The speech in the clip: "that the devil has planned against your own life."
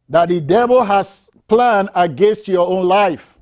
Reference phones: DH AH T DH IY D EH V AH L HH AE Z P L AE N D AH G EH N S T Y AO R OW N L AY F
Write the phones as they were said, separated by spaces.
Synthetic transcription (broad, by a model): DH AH T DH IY D EH V AH L HH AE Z P L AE N D AH G EH N S T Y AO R OW N L AY F